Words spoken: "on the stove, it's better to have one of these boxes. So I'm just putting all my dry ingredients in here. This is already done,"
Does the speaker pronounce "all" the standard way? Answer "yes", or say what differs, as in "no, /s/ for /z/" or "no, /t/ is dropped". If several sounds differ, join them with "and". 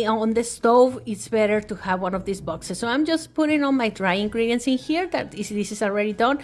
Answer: no, /n/ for /l/